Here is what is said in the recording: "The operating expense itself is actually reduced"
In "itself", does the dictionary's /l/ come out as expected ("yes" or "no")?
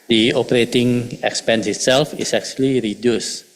yes